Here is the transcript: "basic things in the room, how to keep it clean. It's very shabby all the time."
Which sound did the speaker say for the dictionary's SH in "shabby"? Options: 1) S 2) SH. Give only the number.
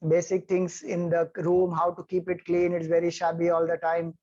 2